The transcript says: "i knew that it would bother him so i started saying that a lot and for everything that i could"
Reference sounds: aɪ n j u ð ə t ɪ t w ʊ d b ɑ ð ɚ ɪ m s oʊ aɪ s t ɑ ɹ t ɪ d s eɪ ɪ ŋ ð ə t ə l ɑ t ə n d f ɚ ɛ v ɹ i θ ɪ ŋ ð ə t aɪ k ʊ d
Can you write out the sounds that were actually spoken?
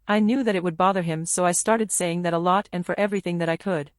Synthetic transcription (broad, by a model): aɪ n j u ð ə t ɪ t w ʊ d b ɑ ð ɚ ɪ m s oʊ aɪ s t ɑ ɹ t ɪ d s eɪ ɪ ŋ ð ə t ə l ɑ t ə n f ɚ ɛ v ɹ i θ ɪ ŋ ð ə t aɪ k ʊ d